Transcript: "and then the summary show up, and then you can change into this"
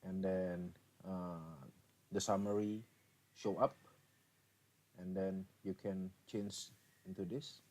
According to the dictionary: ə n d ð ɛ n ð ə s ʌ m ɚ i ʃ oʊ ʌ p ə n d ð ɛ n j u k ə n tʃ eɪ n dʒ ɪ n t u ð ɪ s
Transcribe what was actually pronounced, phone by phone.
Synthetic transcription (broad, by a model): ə n d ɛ n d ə s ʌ m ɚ i ʃ oʊ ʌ p ə n d ɛ n j u k ə n tʃ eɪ n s ɪ n t u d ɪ s